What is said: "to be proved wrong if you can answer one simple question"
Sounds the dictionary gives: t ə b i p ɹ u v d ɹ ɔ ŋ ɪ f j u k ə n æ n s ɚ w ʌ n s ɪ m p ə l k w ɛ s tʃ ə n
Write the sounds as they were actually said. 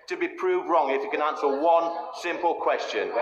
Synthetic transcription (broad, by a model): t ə b i p ɹ u v d ɹ ɔ ŋ ɪ f j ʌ k ə n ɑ n s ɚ w ʌ n s ɪ m p ə l k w ɛ s tʃ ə n